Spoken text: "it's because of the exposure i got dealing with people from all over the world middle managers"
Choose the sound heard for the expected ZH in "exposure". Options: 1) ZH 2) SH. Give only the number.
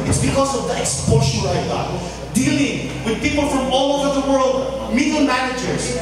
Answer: 2